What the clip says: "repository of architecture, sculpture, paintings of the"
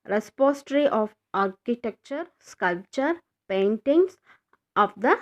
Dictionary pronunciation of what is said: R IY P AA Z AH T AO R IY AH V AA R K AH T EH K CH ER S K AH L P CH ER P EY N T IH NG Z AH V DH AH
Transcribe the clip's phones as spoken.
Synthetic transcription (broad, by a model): R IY P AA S T R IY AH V AA R K AH T EH K CH ER S K AH L P CH ER P EY N T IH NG S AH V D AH